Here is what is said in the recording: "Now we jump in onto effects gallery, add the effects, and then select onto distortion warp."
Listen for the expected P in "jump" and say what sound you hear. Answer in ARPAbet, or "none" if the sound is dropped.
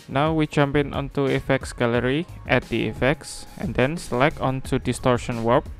P